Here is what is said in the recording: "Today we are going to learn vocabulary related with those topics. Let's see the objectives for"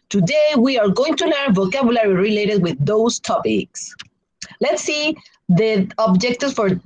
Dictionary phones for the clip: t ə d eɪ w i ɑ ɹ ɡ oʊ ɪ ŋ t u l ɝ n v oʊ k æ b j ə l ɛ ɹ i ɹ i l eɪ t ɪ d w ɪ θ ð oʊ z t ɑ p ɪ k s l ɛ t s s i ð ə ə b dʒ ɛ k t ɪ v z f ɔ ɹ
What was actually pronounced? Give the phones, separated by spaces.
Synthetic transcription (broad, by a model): t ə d eɪ w i ɑ ɹ ɡ oʊ ɪ ŋ t u n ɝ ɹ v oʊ k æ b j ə l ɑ ɹ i ɹ i l eɪ t ɪ d w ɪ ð oʊ s t ɑ p ɪ k s l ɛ t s s i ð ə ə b dʒ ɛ k t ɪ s f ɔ ɹ